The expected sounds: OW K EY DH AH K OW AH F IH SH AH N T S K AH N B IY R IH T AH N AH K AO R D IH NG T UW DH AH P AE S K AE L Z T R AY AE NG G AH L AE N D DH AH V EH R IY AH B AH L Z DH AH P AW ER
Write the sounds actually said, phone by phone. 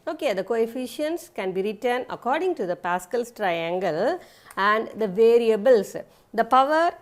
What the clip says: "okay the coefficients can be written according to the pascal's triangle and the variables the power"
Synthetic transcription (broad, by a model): OW K EY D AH K OW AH F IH SH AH N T S K AH N B IY R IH T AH N AH K AO R D IH NG T UW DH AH P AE S K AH L S T R AY AE NG G AH L AE N D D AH V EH R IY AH B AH L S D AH P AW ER